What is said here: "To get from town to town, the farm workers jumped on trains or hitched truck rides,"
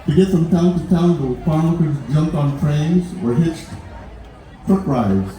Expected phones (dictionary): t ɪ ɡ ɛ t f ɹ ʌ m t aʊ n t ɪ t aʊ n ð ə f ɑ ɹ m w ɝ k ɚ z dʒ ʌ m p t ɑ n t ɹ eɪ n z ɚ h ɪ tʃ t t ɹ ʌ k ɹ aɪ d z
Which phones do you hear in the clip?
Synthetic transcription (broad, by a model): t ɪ ɡ ɛ t f ɹ ʌ m t aʊ n t ɪ t aʊ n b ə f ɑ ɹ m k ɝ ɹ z dʒ ʌ m p t n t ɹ eɪ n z ɚ h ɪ tʃ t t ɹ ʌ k ɹ aɪ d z